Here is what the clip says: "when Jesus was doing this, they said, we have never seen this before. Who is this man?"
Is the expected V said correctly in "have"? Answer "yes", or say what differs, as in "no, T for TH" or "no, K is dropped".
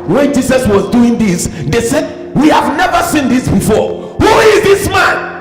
yes